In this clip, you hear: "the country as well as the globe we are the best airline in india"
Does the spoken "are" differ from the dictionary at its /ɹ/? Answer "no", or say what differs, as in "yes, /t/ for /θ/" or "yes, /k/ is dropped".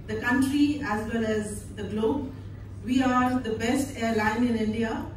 no